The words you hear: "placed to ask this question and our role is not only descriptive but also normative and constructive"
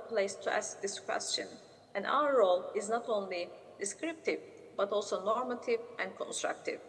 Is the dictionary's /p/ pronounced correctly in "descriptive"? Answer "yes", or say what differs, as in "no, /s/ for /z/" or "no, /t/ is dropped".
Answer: yes